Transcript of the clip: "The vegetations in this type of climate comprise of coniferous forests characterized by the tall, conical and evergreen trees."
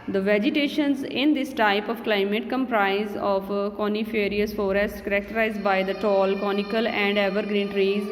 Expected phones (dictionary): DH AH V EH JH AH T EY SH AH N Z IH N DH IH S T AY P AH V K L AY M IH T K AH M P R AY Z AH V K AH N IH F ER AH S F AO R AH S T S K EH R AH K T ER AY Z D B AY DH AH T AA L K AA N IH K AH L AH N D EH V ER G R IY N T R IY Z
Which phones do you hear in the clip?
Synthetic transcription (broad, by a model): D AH V EH JH AH T EY SH AH N Z IH N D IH S T AY P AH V K L AY M IH T K AH M P R AY Z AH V K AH N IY F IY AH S F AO R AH S T K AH R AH K T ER AY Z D B AY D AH T AA L K AA N IH K AH L AH N D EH V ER G R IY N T R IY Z